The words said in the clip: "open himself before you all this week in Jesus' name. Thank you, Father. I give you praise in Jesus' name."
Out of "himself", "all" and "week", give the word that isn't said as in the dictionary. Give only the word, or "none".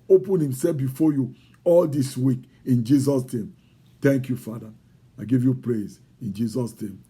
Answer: none